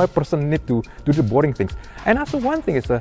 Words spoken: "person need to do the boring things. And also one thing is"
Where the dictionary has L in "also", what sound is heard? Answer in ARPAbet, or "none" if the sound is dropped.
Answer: none